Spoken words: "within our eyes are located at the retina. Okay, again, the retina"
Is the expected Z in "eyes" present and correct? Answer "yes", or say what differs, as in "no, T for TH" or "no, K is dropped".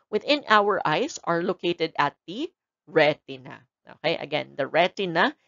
no, S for Z